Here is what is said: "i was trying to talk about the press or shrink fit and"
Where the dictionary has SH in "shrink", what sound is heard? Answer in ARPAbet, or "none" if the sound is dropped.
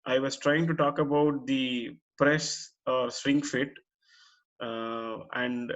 S